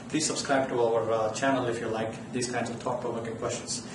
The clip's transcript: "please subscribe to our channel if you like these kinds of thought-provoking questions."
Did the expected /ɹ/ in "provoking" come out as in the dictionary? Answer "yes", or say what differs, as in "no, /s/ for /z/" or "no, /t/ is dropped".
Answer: no, /ɹ/ is dropped